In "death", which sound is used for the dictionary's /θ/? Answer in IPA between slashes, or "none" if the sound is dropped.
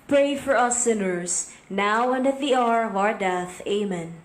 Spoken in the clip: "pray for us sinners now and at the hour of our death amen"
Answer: /θ/